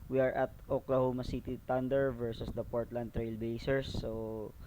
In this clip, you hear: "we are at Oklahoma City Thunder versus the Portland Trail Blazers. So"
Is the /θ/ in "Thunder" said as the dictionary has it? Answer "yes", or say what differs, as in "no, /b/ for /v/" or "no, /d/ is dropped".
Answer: no, /t/ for /θ/